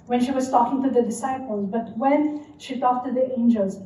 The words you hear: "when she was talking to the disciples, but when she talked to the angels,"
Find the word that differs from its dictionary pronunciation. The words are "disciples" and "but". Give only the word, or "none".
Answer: none